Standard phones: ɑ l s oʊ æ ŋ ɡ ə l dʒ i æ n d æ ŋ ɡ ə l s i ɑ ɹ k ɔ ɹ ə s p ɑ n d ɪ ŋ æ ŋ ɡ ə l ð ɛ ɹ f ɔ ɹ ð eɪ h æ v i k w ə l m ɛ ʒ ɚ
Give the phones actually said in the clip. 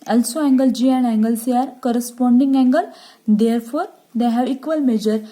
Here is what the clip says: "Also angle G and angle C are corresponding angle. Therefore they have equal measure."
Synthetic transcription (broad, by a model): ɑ l s oʊ æ ŋ ɡ ə l dʒ i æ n d æ ŋ ɡ ə l s i ɑ ɹ k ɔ ɹ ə s p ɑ n d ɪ ŋ æ ŋ ɡ ə l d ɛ ɹ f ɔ ɹ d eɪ h æ v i k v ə l m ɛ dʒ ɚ